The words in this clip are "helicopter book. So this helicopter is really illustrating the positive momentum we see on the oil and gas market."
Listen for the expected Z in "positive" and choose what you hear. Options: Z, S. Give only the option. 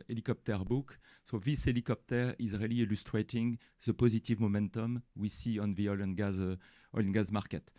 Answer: Z